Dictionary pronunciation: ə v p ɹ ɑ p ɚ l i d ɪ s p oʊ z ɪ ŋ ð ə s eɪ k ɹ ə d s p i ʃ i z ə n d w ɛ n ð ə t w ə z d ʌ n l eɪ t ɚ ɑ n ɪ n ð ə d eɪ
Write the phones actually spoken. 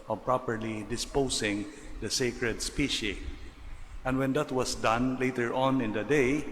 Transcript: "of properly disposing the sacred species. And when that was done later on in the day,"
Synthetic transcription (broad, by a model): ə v p ɹ ɑ p ɚ l i d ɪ s p oʊ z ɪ ŋ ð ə s eɪ k ɹ ə d s p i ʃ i ə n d w ɛ n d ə t w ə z d ʌ n l eɪ t ɚ ɑ n ɪ n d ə d eɪ